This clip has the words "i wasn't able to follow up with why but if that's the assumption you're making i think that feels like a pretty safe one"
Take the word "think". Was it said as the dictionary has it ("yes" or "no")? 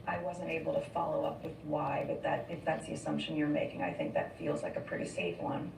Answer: yes